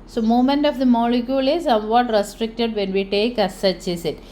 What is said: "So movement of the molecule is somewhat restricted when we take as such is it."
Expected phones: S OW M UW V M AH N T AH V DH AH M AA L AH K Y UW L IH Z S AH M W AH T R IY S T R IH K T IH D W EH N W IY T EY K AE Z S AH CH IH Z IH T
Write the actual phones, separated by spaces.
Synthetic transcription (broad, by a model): S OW M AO M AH N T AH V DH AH M AA L AH K Y UW L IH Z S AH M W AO T R IY S T R IH K T IH D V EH N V IY T EY K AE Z S AH CH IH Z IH T